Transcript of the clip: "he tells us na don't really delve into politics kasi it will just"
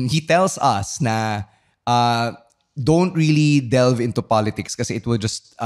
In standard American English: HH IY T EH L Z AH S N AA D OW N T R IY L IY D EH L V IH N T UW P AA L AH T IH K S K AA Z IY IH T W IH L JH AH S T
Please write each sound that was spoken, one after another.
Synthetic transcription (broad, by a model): HH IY T EH L S AH S N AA D OW N T R IY L IY D EH L V IH N T UW P AA L AH T IH K S K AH S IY IH T W IH L JH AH S T